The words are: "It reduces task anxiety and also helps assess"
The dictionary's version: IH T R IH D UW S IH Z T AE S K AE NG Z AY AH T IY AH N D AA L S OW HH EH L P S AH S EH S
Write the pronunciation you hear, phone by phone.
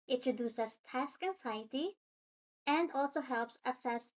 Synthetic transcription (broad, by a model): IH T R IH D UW S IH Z T AE S K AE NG S AY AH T IY AH N D AA L S OW HH EH L P S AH S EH S